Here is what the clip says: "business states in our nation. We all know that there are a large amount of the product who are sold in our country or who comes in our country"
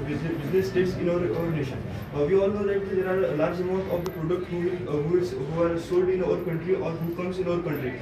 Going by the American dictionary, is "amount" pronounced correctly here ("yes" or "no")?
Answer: yes